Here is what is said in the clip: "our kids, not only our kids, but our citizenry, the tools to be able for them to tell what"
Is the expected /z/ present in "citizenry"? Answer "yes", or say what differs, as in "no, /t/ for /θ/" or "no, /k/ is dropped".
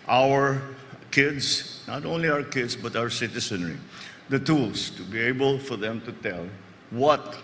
no, /s/ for /z/